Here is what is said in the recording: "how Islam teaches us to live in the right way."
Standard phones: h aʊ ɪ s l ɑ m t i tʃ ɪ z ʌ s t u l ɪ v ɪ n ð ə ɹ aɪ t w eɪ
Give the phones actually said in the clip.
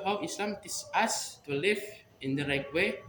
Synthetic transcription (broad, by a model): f ɪ s l ɑ m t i s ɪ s t u l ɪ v ɪ n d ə ɹ aɪ t w eɪ